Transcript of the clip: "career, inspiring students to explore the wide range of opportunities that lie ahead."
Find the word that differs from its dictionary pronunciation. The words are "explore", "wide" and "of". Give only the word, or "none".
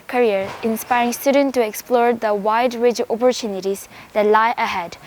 of